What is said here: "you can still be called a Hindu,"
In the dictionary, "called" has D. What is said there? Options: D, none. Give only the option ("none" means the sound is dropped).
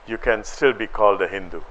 D